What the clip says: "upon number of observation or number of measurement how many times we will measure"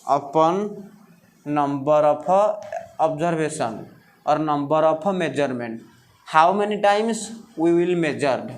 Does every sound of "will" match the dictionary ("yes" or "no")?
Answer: yes